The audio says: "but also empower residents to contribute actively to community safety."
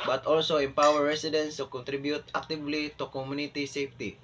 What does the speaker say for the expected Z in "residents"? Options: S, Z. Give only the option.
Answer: S